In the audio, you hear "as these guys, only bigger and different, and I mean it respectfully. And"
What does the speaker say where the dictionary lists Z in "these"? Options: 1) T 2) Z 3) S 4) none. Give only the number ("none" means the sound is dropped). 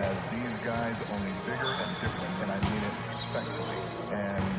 2